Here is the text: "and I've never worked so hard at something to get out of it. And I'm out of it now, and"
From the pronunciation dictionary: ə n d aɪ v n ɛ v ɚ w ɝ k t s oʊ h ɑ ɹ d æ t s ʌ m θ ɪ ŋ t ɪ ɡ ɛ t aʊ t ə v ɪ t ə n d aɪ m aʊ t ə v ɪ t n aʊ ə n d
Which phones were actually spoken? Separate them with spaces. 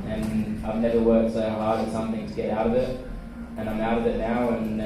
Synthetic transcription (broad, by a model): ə n aɪ v n ɛ v ɚ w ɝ t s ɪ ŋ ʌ l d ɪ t s ʌ m θ ɪ ŋ t ɪ ɡ ɛ t aʊ t ə v ɪ t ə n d aɪ m aʊ t ə v ɪ t n aʊ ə n